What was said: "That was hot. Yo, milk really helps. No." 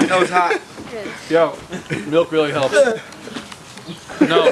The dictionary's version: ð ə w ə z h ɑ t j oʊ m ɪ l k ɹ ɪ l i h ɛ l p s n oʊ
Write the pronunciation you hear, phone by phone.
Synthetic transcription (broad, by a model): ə w ə z h ɑ t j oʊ m ɪ l k ɹ ɪ l i h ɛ l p n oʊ